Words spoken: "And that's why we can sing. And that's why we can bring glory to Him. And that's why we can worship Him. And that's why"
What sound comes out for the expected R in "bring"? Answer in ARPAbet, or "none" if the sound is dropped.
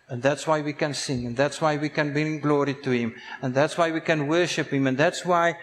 none